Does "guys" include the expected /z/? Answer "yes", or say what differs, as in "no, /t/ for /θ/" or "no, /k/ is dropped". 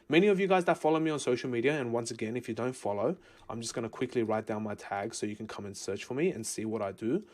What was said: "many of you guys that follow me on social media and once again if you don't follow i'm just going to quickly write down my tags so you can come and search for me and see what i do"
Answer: yes